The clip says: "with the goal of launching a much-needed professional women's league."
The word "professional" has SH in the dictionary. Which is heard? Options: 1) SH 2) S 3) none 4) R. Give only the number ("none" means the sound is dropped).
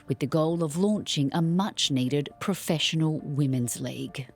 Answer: 1